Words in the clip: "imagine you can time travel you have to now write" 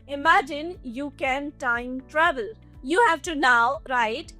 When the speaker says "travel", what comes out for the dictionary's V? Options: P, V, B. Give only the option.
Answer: B